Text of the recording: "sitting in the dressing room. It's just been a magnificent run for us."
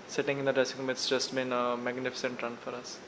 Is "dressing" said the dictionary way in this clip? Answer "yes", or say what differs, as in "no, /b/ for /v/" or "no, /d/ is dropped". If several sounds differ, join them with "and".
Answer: no, /ɹ/ is dropped